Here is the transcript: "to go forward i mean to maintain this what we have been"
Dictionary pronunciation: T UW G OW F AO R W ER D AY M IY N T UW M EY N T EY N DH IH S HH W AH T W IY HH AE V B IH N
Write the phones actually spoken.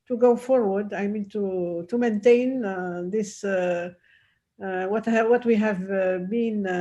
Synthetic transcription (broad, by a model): T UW G OW F AO R W ER D AY M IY N T UW M EY N T EY N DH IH S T W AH T W IY HH AE V B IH N